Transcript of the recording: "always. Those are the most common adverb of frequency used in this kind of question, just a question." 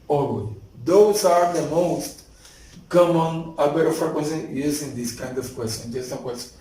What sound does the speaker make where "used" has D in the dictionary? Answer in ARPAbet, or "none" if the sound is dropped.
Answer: none